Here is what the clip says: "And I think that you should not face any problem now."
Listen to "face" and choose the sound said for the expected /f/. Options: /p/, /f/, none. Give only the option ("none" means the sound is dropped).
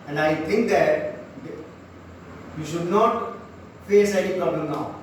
/f/